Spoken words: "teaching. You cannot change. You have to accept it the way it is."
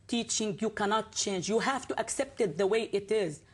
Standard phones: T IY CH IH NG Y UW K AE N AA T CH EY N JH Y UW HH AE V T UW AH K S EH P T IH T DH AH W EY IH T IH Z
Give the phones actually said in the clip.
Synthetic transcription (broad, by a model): T IY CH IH NG Y UW K AE N AA T CH EY N JH Y UW HH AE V T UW AH K S EH P T IH T DH AH W EY IH T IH Z